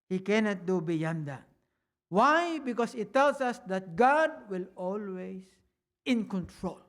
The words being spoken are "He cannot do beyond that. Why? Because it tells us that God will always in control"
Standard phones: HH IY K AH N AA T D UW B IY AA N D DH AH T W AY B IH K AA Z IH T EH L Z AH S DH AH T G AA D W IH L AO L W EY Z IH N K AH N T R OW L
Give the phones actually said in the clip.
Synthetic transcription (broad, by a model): HH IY K AH N AA T D UW B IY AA N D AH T W AY B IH K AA S IH T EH L S AH S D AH T G AA D W IH L AO L W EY S IH N K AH N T R OW L